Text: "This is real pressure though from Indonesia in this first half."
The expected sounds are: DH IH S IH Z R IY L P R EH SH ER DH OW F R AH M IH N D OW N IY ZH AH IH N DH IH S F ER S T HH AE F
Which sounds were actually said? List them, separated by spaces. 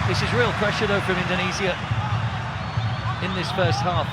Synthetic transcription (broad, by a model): DH IH S IH Z R IY L P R EH SH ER DH OW F R AH M IH N D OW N IY Z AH IH N DH IH S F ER S T HH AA F